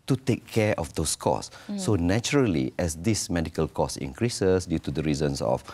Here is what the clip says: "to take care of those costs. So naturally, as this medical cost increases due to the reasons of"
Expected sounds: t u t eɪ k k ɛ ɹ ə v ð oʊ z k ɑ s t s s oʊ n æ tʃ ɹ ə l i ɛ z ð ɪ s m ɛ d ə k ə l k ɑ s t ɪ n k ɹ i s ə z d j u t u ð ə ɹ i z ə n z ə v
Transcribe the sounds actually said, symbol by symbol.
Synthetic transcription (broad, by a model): t u t eɪ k k ɛ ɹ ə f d oʊ s k ɑ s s s oʊ n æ tʃ ɹ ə l i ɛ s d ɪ s m ɛ d ə k ə l k ɑ s ɪ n k ɹ i s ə s d j u t u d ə ɹ i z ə n s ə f